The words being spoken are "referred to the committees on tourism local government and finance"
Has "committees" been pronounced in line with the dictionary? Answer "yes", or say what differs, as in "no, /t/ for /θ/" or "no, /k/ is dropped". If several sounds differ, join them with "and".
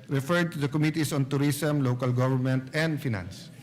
no, /s/ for /z/